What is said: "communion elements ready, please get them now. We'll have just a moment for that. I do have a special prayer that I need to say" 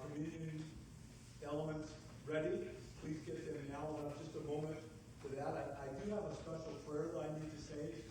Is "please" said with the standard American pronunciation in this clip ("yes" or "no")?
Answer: yes